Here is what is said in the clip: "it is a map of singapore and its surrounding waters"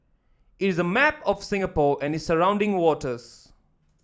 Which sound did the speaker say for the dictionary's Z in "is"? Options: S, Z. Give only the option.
Z